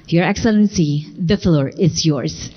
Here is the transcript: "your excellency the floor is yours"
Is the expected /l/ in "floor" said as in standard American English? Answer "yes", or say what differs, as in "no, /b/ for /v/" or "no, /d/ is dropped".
yes